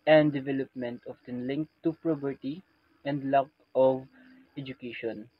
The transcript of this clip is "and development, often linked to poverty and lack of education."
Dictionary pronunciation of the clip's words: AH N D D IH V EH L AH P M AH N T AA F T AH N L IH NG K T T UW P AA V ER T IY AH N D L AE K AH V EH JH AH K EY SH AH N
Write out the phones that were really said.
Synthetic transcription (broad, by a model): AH N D D IH V EH L AH P M AH N T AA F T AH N L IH NG K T T UW P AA P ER T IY AH N D L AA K AH V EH JH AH K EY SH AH N